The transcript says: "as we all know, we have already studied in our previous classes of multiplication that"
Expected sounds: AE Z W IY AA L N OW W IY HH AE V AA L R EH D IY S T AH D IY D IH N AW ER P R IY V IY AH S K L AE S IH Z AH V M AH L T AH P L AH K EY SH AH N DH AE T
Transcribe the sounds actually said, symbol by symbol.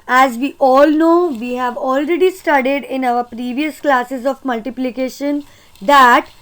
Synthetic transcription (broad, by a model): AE Z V IY AA L N OW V IY HH AE V AA L R EH D IY S T AH D IY D IH N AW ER P R IY V IY AH S K L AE S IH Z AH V M AH L T AH P L AH K EY SH AH N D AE T